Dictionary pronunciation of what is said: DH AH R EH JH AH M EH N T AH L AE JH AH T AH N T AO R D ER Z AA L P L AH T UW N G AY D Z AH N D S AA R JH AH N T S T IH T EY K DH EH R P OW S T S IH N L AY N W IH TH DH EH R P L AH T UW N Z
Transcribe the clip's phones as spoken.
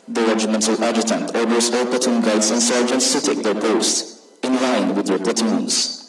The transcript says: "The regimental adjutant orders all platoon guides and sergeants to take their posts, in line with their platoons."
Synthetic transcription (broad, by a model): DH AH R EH JH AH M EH N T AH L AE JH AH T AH N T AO R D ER S AA L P AH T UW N G AY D S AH N S AA R JH AH N T S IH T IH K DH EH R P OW S T IH N L AY N W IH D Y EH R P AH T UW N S